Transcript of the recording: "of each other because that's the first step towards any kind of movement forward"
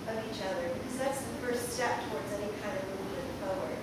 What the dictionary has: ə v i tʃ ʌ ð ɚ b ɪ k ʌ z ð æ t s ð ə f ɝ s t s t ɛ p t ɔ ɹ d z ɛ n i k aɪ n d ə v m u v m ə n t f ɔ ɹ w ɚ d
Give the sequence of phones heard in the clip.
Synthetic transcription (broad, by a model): ə v i tʃ ʌ ð ɚ b ɪ k ʌ z ð æ t s ð ə f ɝ s t s t ɛ p t ɔ ɹ d z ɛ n i k aɪ n d ə v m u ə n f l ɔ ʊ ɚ